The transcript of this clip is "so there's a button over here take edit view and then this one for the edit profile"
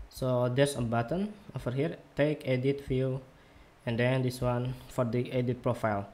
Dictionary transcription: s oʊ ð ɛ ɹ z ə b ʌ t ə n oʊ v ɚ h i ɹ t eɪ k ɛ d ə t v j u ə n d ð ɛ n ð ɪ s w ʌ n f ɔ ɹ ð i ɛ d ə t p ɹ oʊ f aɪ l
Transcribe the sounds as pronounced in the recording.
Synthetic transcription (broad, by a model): s oʊ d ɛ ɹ s ə b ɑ t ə n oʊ f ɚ h i ɹ t eɪ k ɛ d ə t f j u ə n d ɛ n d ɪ s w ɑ n f ɔ ɹ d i ɛ d ə t p ɹ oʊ f aɪ l